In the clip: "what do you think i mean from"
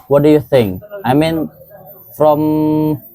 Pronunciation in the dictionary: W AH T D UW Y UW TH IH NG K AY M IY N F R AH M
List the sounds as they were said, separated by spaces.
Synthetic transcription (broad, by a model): W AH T D UW Y UW TH IH NG K AY M IY N F R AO M